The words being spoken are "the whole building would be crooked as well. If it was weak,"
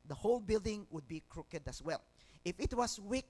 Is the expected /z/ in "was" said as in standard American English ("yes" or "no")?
no